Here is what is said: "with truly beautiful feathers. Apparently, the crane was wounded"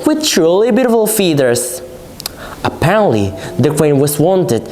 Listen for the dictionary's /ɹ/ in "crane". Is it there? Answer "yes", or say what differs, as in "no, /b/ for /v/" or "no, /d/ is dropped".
no, /w/ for /ɹ/